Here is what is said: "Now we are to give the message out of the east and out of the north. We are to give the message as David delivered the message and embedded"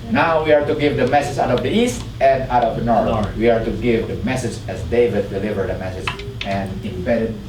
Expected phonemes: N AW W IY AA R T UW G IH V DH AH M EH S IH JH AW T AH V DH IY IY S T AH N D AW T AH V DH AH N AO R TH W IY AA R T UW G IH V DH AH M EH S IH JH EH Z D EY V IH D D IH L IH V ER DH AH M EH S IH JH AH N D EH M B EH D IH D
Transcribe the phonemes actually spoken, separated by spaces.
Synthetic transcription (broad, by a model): N AW W IY AA R T UW G IH V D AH M EH S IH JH AW T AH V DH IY IY S T AH N D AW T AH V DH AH N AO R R W IY AA R T UW G IH V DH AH M EH S IH JH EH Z D EY V IH D D IH L IH V ER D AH M EH S IH JH AH N D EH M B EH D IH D